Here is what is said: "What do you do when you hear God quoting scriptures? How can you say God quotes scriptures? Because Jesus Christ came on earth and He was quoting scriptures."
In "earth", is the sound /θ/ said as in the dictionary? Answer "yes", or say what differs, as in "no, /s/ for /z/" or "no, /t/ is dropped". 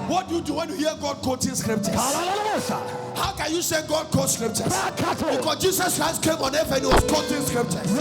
no, /f/ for /θ/